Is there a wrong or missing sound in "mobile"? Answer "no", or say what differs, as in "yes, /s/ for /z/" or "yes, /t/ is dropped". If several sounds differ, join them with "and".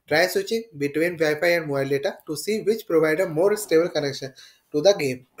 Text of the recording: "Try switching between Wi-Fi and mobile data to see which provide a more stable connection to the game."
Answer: yes, /b/ is dropped